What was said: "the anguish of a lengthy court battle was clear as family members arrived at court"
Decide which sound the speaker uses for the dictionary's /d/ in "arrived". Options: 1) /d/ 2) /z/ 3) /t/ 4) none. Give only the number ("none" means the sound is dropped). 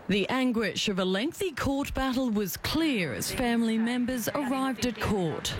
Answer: 1